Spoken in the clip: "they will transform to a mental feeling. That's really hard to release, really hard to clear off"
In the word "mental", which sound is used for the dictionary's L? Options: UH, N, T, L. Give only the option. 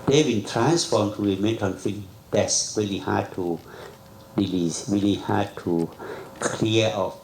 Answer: N